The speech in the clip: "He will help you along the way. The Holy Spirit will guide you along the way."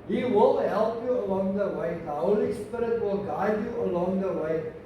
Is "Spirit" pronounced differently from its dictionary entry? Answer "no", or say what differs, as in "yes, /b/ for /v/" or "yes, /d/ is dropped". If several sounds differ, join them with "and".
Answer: no